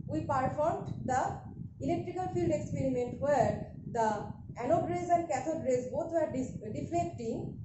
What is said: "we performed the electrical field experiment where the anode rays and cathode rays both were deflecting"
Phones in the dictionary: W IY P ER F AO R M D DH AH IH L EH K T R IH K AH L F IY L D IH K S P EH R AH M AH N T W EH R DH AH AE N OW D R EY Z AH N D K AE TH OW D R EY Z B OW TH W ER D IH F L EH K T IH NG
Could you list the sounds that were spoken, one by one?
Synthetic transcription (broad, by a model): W IY P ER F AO R M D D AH IH L EH K T R IH K AH L F IY L D IH K S P EH R AH M AH N T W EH R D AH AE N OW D R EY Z AH N D K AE T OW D R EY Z B OW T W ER D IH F L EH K T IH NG